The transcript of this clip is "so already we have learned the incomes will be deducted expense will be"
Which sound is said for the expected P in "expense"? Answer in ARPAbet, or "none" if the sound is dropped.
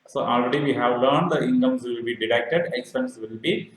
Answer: none